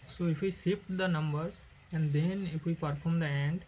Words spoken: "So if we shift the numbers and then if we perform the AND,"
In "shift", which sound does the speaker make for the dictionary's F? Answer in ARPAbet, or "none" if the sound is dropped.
P